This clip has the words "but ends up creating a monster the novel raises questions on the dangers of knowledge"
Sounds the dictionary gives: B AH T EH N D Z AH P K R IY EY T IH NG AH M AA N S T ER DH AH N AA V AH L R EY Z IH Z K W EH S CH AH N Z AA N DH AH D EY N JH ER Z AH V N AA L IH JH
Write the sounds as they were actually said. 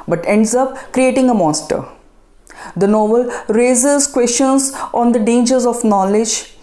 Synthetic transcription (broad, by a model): B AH T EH N D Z AH P K R IY EY T IH NG AH M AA S T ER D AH N AA V AH L R EY Z IH Z K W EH S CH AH N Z AA N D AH D EY N JH ER Z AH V N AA L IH JH